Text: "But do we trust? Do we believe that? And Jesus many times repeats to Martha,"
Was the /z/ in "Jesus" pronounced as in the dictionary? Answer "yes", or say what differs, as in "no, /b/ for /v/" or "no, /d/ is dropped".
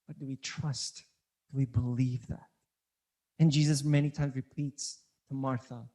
yes